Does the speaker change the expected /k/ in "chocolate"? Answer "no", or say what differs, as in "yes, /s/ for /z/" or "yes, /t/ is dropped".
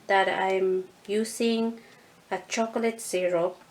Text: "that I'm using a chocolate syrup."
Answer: no